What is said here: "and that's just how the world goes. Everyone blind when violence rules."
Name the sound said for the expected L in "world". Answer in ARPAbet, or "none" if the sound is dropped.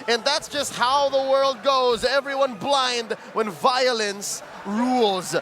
L